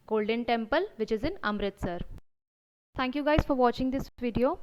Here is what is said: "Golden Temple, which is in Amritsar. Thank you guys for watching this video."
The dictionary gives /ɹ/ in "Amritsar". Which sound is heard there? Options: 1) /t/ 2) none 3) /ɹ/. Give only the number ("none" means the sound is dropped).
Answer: 3